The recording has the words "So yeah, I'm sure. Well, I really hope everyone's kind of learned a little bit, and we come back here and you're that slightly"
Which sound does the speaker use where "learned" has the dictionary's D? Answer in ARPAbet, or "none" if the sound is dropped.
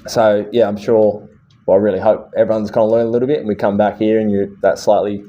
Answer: none